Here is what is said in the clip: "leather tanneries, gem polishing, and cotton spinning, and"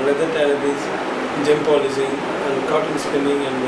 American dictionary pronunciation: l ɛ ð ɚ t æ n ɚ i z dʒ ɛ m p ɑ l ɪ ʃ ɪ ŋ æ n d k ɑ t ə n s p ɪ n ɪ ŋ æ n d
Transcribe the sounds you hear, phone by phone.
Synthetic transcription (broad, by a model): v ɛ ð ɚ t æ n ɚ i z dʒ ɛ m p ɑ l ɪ s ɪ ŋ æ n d k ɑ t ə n s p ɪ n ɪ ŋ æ n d